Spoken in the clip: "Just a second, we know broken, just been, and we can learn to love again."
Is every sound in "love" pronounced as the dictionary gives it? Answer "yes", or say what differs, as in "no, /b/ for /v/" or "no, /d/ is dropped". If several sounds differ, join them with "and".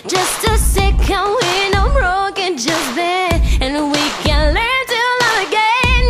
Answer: no, /v/ is dropped